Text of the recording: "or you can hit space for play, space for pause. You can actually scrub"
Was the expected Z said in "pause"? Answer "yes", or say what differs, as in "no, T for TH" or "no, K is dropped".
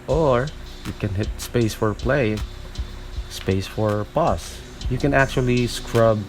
no, S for Z